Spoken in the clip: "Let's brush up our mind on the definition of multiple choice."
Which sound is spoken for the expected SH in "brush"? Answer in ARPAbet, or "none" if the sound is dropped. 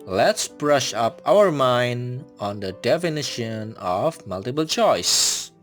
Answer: SH